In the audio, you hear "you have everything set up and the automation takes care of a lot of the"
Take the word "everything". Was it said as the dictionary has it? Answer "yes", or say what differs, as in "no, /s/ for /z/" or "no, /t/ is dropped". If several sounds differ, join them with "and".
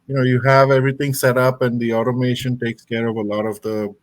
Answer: no, /t/ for /θ/